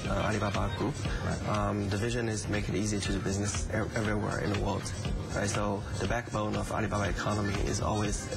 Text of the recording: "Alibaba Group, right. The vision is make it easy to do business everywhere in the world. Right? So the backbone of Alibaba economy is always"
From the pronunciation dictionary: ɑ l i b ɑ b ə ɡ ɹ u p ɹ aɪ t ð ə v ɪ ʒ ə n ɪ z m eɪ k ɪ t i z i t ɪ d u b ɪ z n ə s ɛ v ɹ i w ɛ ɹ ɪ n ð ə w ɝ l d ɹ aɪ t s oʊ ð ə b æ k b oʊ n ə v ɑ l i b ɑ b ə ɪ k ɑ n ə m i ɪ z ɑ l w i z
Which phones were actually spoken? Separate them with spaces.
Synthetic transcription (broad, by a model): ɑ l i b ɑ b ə ɡ ɹ u p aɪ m ð ə v ɪ ʒ ə n ɪ z m eɪ k ɪ t i z i t ɪ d b ɪ z n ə s ɛ v ɹ i w ɛ ɹ ɪ n ð ə w ɝ l d ɹ aɪ t s oʊ ð ə b æ k b oʊ n ə v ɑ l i b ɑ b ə ɪ k ɑ n ə m i ɪ z ɑ l w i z